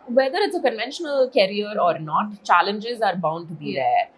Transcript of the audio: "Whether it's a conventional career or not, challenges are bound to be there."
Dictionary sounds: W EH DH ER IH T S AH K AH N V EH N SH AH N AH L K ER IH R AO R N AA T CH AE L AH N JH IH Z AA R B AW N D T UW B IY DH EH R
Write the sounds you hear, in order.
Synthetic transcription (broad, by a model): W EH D ER IH T S AH K AH N V EH N SH AH N AH L K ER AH R AO R N AA T CH AE L AH N JH IH Z AA R B AW N D T UW B IY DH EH R